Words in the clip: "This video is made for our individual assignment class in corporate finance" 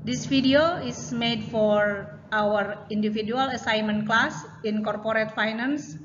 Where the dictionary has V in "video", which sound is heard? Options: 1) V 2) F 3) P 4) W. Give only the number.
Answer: 2